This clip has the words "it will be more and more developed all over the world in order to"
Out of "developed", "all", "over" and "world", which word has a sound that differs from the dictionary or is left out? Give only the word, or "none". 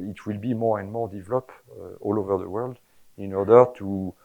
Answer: developed